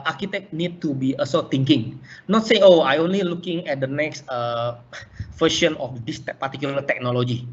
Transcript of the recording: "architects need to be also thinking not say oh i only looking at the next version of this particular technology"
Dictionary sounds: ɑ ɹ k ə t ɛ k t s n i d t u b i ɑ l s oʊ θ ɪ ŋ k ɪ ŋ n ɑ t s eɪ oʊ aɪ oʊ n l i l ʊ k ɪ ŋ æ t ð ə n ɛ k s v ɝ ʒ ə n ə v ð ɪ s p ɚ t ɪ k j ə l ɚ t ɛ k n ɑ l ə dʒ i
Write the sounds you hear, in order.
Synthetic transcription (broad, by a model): ɑ ɹ k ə t ɛ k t n i d t u b i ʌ s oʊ t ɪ ŋ k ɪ ŋ n ɑ t s eɪ oʊ aɪ oʊ n l i l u k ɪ ŋ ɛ t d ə n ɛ k s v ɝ ʃ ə n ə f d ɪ s p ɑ t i k j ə l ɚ t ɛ k n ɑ l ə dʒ i